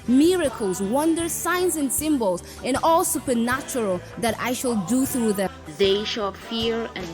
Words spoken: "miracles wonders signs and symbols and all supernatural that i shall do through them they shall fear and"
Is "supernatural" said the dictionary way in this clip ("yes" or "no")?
yes